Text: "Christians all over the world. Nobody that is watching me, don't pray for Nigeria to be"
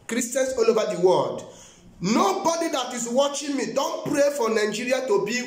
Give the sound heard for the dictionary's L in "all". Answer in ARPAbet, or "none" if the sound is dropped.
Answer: L